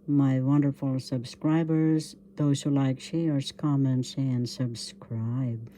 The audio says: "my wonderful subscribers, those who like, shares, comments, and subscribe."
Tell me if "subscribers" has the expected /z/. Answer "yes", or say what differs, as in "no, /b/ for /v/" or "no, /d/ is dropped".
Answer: yes